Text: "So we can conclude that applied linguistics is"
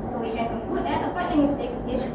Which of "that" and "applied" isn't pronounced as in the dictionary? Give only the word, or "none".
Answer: applied